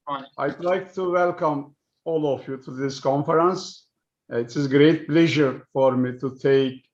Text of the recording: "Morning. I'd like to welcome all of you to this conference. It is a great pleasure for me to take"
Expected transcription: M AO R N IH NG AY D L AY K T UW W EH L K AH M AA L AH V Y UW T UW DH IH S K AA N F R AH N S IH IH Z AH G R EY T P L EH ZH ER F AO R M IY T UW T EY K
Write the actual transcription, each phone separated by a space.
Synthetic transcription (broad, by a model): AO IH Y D L AY K T UW W EH L K AH M AA L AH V Y UW T UW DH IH S K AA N F R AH N S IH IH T AH G R EY T P L EH ZH ER F AO R M IY T UW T EY K